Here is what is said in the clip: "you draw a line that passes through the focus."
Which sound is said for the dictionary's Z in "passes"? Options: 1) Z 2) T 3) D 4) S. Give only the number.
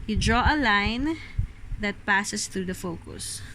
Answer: 4